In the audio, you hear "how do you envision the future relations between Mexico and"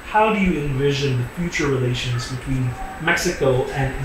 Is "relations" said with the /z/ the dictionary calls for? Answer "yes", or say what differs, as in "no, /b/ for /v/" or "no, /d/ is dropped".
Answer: yes